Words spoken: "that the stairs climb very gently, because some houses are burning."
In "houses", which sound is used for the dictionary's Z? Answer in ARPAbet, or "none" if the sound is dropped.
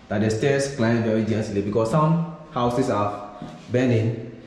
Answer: S